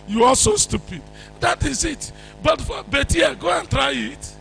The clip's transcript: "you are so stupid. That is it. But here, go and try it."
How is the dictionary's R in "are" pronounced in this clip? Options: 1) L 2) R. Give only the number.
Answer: 1